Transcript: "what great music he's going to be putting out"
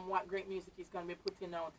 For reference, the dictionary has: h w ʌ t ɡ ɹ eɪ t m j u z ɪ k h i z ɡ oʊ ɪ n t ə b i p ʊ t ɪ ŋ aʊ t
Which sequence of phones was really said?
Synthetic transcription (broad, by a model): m w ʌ t ɡ ɹ eɪ t m j u z ɪ k h i z ɡ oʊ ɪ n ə b i p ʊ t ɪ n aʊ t